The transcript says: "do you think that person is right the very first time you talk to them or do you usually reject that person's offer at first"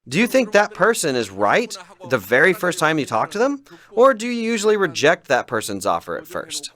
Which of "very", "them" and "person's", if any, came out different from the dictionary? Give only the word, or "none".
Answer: none